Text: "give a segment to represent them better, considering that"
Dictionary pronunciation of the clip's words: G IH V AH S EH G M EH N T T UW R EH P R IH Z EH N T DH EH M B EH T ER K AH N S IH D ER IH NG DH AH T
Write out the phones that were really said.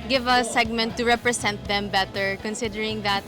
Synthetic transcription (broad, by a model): G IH V AH S EH G M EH N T T UW R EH P R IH S EH N T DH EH M B EH T ER K AH N S IH D ER IH NG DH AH T